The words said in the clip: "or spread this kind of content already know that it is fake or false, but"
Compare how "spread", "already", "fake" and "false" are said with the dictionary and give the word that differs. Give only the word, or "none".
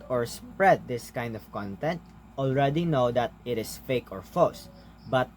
false